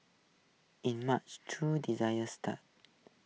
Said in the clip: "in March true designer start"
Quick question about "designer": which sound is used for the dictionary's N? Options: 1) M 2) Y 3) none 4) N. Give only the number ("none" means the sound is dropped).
3